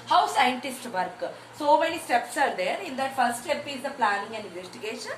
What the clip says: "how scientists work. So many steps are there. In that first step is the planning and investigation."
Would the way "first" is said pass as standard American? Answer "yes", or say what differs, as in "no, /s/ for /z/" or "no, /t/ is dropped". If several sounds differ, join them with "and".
no, /s/ is dropped